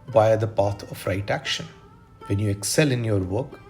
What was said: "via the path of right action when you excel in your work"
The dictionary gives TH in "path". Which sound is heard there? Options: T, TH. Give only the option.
T